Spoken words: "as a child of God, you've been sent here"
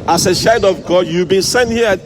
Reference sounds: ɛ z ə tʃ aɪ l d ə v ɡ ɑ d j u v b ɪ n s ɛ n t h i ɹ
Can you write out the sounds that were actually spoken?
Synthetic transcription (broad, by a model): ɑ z ə ʃ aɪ n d ə v ɡ ɑ d j u v b ɪ n s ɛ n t h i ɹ